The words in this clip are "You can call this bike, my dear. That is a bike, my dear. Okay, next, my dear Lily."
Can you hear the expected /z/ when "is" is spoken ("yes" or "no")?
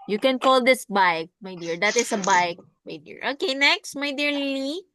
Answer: no